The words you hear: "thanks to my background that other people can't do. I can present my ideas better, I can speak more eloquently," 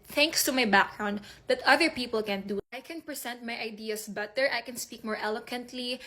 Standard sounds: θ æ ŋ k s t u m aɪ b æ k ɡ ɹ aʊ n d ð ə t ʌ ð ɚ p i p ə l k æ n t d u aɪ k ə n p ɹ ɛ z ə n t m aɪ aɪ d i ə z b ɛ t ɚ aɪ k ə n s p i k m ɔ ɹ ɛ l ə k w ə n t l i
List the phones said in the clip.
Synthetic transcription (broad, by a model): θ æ ŋ k s t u m aɪ b æ k ɡ ɹ aʊ n d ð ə t ʌ ð ɚ p i p ə l k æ n d u aɪ k ə n p ɹ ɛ s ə n t m aɪ aɪ d i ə s b ɛ t ɚ aɪ k ə n s p i k m ɔ ɹ ɛ l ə k w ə n t l i